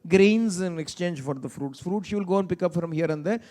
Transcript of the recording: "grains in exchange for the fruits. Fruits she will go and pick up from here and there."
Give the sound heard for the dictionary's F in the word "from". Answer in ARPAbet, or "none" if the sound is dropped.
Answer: F